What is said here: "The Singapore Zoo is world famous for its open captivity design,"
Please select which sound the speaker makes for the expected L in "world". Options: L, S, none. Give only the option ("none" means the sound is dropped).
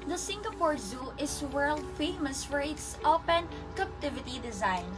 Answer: L